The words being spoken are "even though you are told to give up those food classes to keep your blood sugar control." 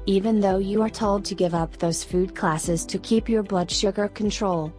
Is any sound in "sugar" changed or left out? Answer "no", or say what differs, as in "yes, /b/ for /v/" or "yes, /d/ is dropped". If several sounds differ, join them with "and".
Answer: no